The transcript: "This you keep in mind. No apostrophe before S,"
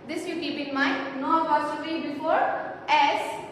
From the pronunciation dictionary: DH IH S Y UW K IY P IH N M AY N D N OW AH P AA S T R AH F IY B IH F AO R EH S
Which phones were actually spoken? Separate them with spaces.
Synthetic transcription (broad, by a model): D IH S Y UW K IY P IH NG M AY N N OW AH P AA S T AH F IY B IH F AO R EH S